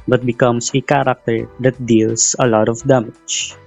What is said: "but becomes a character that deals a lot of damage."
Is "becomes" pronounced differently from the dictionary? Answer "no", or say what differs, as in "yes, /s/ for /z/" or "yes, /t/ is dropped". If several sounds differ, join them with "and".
yes, /s/ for /z/